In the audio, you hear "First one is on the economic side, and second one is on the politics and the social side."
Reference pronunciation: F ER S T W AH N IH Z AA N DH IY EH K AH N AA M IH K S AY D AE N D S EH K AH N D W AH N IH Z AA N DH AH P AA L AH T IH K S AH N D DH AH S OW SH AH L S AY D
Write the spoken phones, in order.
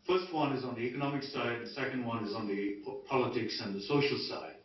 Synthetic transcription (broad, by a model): F ER S T W AH N IH Z N DH IY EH K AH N AA M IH K S AY D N S EH K AH N D W AH N IH Z N DH AH P AA L AH T IH K S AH N DH AH S OW SH L S AY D